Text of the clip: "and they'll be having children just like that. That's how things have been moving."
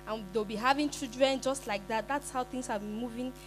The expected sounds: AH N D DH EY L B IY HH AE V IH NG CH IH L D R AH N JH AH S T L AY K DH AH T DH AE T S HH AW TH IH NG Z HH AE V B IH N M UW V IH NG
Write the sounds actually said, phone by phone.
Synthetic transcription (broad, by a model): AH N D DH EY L B IY HH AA V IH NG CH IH D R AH N JH AH S T L AY K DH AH T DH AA T S HH AW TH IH NG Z HH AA V B IH N M UW V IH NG